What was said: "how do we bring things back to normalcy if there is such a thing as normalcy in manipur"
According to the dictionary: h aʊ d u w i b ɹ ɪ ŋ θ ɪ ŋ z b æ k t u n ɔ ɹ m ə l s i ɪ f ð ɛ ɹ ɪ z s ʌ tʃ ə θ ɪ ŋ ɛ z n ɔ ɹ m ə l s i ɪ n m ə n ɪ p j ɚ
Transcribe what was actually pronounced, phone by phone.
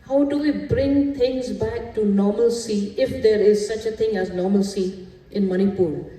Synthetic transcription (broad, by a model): h aʊ d u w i b ɹ ɪ ŋ t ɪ ŋ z b æ k t u n ɔ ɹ m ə l s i ɪ f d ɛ ɹ ɪ z s ʌ tʃ ə t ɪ ŋ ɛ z n ɔ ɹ m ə l s i ɪ n m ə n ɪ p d